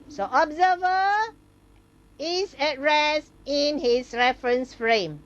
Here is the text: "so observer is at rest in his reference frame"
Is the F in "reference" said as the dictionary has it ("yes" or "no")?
yes